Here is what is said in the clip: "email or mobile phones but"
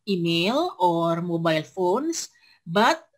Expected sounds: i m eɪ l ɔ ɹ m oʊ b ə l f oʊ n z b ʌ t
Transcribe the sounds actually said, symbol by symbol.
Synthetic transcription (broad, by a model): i m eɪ l ɔ ɹ m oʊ b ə l f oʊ n s b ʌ t